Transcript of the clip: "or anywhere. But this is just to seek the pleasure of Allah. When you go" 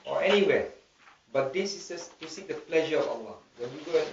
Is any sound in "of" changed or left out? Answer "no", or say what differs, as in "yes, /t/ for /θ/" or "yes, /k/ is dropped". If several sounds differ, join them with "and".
yes, /f/ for /v/